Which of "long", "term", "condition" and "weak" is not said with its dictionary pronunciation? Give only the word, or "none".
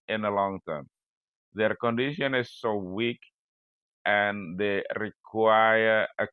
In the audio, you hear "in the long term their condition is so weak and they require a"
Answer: none